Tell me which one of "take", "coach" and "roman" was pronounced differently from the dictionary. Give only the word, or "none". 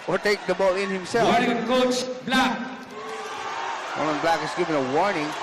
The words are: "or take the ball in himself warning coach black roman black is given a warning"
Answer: roman